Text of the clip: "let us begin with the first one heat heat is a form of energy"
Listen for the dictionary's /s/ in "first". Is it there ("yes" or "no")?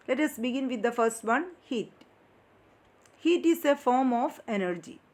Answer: yes